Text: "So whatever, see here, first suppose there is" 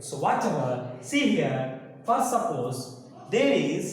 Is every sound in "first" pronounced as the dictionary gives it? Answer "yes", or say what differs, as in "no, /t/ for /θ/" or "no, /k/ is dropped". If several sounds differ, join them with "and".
no, /s/ is dropped